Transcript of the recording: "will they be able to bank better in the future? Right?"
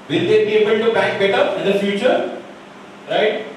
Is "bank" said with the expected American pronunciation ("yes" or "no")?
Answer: no